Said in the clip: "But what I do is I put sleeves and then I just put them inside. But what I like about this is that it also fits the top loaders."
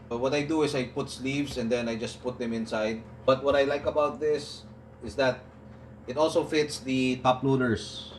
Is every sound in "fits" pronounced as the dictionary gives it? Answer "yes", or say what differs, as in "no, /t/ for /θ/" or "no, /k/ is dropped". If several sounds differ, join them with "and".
yes